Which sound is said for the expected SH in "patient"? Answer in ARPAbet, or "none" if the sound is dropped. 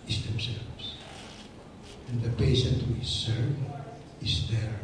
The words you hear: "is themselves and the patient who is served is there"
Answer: S